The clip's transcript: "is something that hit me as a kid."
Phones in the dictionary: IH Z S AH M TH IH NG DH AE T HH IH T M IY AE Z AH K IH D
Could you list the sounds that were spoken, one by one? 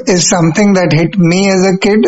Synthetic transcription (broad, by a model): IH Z S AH M T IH NG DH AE T HH IH T M IY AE Z AH K IH D